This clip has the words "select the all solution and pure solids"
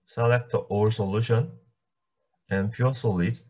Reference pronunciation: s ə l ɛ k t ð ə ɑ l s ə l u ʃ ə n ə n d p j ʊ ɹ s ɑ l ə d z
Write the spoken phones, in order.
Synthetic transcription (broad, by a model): s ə l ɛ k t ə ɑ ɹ s ə l u ʃ ə n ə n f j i l s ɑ l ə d